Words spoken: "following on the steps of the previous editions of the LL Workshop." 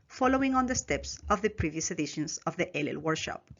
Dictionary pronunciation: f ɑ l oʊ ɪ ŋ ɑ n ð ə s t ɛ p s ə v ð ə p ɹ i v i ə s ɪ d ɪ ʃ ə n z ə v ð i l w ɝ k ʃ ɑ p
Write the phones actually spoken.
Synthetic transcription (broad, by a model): f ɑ l oʊ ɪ ŋ ɑ n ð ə s t ɛ p s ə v ð ə p ɹ i v i ə s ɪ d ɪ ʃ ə n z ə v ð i l w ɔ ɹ ʃ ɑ p